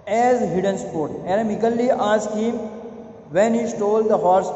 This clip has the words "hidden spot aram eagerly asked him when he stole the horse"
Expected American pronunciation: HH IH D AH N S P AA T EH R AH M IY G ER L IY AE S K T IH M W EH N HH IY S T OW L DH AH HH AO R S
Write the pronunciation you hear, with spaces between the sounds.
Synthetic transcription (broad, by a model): HH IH D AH N S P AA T EH R AH M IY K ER L IY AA S K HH IH M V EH N HH IY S T OW L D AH HH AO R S